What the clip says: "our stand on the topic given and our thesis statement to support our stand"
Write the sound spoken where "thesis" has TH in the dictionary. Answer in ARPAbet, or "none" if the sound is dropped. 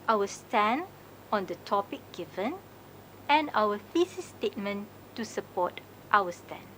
F